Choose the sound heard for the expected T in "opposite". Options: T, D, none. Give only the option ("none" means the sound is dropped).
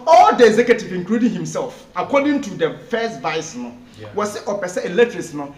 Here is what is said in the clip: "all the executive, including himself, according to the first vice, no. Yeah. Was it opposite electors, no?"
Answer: none